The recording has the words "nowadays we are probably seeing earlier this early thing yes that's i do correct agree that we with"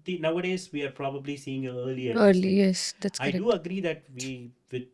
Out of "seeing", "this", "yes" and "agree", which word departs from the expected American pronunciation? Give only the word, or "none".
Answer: this